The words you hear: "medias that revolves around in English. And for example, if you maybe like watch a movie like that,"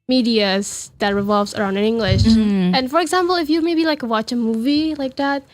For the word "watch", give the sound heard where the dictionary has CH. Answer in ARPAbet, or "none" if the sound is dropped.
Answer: CH